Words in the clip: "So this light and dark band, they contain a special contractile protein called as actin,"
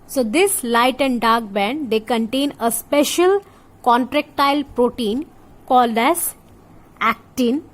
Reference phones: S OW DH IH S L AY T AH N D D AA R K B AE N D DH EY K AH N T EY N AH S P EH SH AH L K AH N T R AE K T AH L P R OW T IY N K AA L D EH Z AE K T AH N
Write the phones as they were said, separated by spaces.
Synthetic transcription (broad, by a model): S OW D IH S L AY T AH N D D AA R K B AE N D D EY K AH N T EY N AH S P EH SH AH L K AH N T R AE K T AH L P R OW T IY N K AA L D EH Z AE K T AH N